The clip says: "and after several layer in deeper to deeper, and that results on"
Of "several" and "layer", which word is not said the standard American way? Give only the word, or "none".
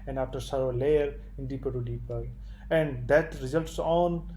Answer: several